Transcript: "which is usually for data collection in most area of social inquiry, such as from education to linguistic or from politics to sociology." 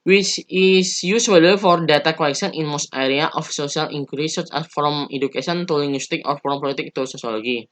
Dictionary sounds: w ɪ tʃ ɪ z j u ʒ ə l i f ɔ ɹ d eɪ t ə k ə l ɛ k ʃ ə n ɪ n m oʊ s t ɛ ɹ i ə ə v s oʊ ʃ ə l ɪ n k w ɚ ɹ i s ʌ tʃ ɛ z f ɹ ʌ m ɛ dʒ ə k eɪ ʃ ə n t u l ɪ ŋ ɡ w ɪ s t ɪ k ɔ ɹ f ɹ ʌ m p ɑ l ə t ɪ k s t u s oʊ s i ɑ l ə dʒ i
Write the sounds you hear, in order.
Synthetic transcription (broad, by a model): w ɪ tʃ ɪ s j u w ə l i f ɔ ɹ d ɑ t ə k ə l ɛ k s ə n ɪ n m oʊ s t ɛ ɹ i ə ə f s oʊ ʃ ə l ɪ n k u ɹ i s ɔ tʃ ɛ s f ɹ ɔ m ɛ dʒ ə k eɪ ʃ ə n t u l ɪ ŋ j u s t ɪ k ɔ ɹ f ɹ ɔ m p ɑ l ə t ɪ k t u s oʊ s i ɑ l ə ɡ i